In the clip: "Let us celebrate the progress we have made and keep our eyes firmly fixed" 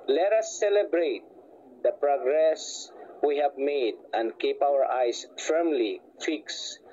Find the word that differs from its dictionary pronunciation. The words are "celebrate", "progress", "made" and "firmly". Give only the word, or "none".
none